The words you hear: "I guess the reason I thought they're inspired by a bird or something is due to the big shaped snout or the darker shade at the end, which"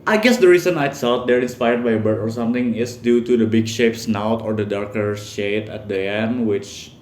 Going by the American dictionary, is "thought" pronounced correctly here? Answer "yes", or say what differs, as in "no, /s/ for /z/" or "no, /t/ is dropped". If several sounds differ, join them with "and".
no, /s/ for /θ/